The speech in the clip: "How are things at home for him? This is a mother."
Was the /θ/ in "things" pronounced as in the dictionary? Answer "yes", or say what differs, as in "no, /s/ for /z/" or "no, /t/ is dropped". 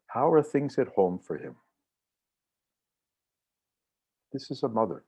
yes